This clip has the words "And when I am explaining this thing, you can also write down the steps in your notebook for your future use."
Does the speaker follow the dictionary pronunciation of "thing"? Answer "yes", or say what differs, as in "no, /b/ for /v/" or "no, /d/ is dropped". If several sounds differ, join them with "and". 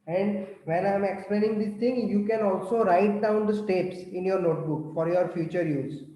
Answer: no, /t/ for /θ/